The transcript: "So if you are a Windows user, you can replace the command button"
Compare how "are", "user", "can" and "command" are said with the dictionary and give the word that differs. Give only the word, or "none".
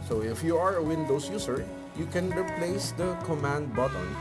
user